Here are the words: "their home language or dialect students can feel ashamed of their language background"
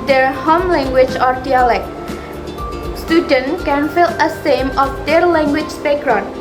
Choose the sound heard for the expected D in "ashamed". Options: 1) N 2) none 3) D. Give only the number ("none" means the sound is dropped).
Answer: 2